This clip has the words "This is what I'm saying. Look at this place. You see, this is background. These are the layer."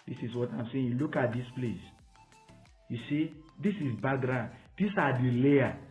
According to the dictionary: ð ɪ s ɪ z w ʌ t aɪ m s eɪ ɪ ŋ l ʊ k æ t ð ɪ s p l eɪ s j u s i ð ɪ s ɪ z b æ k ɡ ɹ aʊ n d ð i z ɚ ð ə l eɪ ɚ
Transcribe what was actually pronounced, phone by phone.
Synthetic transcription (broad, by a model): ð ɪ s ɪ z w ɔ t aɪ m s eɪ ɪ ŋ l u k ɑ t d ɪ s p l eɪ s j u s i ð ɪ s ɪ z b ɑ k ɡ ɹ aʊ n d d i s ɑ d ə l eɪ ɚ